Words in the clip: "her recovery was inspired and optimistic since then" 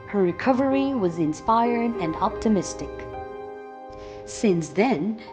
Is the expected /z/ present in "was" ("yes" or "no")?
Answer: yes